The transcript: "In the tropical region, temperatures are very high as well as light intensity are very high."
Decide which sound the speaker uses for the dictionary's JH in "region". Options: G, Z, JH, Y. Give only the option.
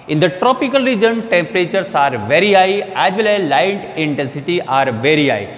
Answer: JH